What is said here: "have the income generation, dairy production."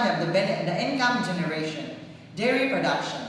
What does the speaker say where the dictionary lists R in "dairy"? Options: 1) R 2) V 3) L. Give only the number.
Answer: 1